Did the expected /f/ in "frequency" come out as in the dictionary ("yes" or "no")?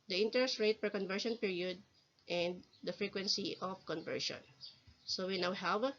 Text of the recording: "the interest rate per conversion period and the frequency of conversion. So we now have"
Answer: yes